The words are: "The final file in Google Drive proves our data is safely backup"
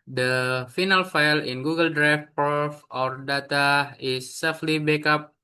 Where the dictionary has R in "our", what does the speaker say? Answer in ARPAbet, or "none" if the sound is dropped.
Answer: R